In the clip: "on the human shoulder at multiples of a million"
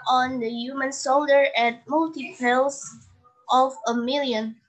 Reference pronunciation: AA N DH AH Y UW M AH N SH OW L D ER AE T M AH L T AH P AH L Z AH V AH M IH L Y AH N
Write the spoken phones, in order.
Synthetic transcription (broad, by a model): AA N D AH Y UW M AH N S OW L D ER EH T M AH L T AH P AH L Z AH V AH M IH L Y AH N